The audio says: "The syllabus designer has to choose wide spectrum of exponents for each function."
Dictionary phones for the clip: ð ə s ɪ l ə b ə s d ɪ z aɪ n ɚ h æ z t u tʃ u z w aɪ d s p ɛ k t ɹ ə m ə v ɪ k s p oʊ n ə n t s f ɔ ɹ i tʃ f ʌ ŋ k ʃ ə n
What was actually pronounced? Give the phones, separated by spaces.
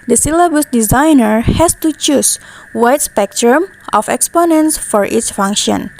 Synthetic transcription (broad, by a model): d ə s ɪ l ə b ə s d ɪ z aɪ n ɚ h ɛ s t u tʃ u s w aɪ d s p ɛ k t ɹ ə m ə f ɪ k s p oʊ n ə n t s f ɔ ɹ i s f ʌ ŋ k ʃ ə n